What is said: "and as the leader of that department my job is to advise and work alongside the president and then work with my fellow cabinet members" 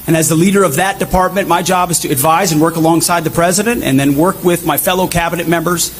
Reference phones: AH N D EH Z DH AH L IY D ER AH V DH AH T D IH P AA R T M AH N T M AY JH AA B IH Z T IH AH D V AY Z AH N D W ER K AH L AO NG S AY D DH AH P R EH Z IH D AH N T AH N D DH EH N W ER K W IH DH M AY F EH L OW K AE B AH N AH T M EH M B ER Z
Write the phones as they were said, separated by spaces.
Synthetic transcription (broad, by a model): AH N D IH Z DH AH L IY D ER AH V DH AH T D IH P AA R T M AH N M AY JH AA B IH Z T IH AH D V AY Z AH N W ER K AH L AO NG S AY D DH AH P R EH Z IH D AH N T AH N DH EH N W ER K W IH DH M AY F EH L OW K AE B AH N AH T M EH M B ER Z